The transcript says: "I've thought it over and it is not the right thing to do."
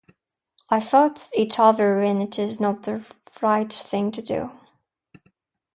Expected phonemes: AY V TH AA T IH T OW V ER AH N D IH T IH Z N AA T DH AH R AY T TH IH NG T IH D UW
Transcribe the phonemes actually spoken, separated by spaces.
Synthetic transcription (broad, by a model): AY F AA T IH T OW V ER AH N IH T IH Z N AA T DH AH R AY T TH IH NG T IH D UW